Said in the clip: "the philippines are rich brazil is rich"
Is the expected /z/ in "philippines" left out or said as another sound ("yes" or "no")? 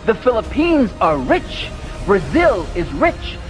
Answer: no